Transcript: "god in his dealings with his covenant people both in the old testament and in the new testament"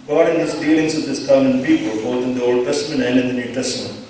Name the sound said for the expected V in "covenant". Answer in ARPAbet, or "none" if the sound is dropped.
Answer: none